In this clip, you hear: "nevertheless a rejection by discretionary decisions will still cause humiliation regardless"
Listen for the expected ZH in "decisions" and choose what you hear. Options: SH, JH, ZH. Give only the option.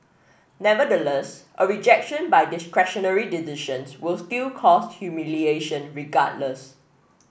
SH